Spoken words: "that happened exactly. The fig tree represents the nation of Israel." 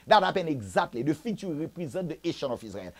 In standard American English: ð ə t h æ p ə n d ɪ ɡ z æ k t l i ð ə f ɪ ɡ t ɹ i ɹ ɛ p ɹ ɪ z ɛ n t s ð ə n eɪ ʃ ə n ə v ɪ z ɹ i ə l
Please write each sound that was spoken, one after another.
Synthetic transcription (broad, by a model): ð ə t h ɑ p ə n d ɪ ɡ z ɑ k t l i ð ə f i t i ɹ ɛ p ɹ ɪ z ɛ t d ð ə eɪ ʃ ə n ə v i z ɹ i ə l